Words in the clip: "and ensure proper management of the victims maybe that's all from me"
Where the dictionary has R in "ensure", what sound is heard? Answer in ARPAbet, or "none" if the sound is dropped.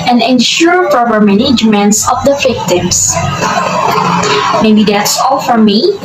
R